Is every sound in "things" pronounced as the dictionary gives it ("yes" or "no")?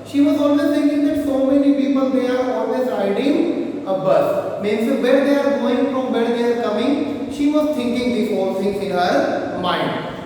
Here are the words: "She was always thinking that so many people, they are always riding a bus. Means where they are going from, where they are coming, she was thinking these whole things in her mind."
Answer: no